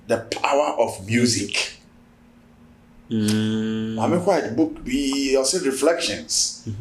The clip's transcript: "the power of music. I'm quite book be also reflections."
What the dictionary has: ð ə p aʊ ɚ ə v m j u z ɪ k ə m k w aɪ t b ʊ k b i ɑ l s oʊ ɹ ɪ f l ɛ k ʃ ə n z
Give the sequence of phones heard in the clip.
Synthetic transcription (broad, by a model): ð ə p aʊ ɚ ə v m j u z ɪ k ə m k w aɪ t b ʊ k b i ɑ s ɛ ɹ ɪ f l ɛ k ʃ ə n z